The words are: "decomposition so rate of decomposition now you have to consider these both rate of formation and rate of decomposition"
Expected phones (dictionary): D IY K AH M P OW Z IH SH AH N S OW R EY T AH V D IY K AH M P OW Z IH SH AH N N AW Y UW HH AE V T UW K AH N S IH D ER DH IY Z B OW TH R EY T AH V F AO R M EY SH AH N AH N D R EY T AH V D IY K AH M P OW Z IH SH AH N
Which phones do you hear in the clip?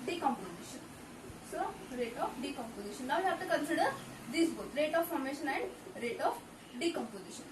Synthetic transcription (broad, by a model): D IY K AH M P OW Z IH SH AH N S OW R EY T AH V D IY K AH M P OW Z IH SH AH N N AW Y UW HH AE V T UW K AH N S IH D ER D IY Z B OW T R EY T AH F AO R M EY SH AH N AH N D R EY T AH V D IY K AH M P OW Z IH SH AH N